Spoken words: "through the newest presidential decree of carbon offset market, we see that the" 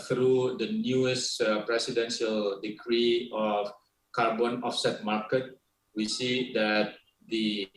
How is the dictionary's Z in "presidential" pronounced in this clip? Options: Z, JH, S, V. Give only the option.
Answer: S